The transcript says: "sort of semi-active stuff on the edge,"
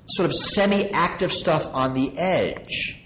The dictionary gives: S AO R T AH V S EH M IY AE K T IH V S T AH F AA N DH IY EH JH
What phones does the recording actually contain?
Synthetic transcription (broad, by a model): S AO R T AH V S EH M IY AE K T IH V S T AH F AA N DH IY EH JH